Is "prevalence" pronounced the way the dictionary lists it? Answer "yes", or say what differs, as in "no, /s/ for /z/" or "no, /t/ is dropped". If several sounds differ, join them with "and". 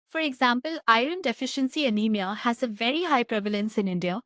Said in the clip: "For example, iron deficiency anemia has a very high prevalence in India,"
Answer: yes